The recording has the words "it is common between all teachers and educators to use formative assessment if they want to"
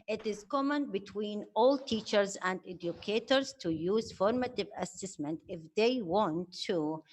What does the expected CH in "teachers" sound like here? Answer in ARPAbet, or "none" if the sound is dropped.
CH